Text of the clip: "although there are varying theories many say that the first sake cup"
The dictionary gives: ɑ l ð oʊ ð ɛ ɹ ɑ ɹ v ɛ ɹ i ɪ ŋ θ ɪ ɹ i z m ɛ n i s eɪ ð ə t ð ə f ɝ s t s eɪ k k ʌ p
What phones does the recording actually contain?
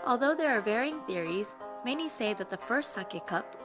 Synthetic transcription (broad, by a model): ɑ l ð oʊ ð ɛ ɹ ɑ ɹ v ɛ ɹ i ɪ ŋ θ ɪ ɹ i z m ɛ n i s eɪ ð ə t ð ə f ɝ s t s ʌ k k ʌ p